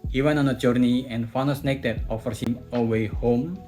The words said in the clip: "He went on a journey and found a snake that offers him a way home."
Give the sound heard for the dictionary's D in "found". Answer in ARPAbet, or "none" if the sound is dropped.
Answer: none